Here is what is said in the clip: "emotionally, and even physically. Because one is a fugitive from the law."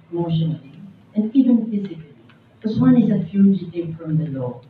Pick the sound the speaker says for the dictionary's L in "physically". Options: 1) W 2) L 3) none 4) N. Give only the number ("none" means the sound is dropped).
3